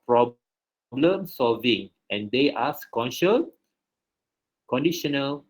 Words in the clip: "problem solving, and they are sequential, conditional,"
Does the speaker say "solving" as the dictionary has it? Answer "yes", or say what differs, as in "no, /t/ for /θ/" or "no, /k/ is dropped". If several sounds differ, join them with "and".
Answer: yes